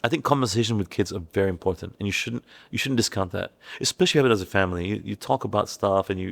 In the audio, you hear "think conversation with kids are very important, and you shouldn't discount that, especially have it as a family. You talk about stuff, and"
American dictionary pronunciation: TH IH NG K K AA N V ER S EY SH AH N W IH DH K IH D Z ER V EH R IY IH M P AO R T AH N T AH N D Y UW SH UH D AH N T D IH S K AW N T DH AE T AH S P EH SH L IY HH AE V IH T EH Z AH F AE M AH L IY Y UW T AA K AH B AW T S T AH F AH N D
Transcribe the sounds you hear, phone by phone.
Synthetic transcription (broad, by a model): TH IH NG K K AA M V ER S EY SH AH N W IH DH K IH D Z ER V EH R IY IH M P AO R T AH N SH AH N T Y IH SH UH D N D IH S K AW N DH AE T AH S P EH SH L IY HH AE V IH T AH Z AH F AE M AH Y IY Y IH T AA K AH B AW T S T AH F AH N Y